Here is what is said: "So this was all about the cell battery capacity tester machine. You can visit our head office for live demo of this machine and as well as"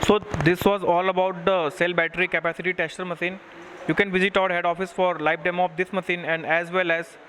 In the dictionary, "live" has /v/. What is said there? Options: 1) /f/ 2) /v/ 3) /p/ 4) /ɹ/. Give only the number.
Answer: 3